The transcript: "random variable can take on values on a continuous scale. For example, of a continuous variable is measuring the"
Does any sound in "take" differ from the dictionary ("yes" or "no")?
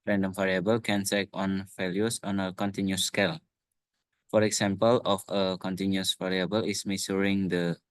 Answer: yes